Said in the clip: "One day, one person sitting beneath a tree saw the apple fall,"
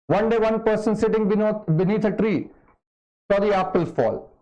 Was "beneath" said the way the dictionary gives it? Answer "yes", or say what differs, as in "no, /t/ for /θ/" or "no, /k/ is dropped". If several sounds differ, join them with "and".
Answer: no, /t/ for /θ/